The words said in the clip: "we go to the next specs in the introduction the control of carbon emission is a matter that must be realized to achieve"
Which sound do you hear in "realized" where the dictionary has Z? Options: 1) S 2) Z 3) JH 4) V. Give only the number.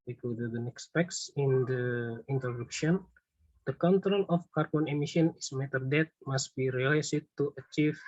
1